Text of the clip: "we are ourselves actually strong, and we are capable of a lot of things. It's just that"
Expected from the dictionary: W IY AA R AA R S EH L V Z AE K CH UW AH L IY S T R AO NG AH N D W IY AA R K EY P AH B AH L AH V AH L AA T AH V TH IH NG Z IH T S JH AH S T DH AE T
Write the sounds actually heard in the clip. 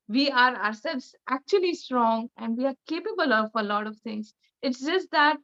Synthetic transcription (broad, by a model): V IY AA R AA R S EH L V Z AE K CH UW AH L IY S T R AO NG AH N D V IY AA R K EY P AH B AH L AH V AH L AA T AH V T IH NG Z IH T S JH AH S T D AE T